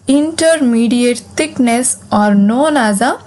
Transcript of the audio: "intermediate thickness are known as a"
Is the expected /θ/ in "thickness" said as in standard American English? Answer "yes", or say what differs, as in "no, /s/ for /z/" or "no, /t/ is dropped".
no, /t/ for /θ/